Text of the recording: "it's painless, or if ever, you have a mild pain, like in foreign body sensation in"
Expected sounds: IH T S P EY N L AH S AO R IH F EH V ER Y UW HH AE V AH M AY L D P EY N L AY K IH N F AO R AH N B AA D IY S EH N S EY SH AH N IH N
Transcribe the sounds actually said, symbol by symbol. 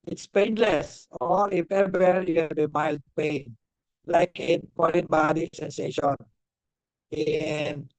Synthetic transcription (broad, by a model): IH T S P EY N L AH S AO R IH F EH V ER Y UW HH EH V AH M AY L D P EY N L AY K IH N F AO L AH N B AA D IY S EH N S EY SH AH N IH N